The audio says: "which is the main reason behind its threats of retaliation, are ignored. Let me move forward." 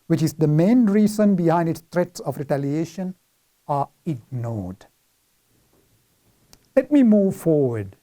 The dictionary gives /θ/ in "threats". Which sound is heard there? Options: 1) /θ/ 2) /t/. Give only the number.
2